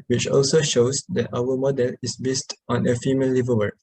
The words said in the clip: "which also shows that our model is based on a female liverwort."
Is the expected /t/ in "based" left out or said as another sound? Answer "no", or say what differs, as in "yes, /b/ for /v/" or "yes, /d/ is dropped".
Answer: no